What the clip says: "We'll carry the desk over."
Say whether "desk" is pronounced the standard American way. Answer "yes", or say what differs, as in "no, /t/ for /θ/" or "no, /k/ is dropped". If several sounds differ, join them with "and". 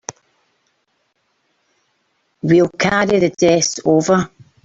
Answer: no, /k/ is dropped